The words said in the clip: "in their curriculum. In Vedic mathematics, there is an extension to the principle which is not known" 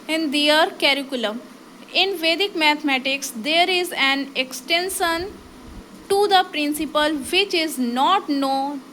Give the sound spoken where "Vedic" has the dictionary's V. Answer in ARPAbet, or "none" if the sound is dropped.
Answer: V